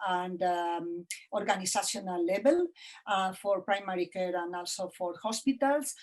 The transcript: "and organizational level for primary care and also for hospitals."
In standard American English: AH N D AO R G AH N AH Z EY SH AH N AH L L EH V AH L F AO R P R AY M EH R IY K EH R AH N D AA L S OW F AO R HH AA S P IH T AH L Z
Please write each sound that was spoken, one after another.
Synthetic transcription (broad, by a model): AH N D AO R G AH N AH S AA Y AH N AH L L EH B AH L F AO R P R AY M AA R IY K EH R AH N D AA L S OW F AO R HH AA S P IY T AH L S